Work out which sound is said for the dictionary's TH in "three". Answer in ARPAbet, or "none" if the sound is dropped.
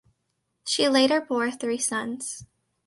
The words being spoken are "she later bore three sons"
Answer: TH